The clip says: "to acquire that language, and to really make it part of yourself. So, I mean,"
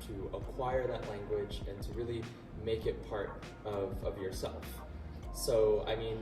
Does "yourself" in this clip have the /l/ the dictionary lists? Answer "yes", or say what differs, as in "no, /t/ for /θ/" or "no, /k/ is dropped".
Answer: yes